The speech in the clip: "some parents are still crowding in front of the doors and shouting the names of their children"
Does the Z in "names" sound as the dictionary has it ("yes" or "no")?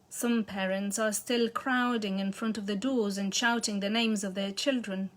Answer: yes